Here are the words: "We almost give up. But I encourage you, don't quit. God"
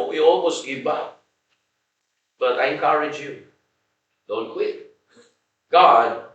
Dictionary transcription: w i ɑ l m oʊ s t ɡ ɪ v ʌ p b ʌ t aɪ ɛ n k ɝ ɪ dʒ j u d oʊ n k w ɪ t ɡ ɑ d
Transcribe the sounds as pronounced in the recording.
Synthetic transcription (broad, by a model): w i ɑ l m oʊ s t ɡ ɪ b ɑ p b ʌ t aɪ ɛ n k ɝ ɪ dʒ j u d oʊ n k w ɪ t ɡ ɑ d